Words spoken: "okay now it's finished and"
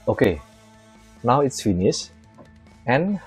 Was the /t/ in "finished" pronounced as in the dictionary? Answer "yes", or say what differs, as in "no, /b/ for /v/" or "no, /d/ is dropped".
no, /t/ is dropped